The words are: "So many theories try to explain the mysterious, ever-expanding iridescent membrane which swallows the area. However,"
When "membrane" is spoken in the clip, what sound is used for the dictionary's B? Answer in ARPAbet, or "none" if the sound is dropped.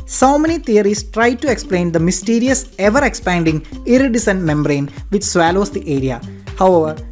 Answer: B